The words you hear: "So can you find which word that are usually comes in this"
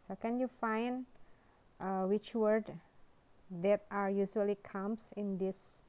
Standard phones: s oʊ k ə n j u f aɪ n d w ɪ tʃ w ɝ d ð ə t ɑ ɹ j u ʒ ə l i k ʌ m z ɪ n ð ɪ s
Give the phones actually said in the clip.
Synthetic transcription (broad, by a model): s oʊ k ə n j u f aɪ n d w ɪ tʃ w ɝ d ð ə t ɑ ɹ j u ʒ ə l i k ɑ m s ɪ n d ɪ s